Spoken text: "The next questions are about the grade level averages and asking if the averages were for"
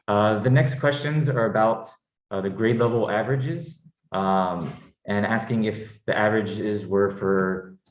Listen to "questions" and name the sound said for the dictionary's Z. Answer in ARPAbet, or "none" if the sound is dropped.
Z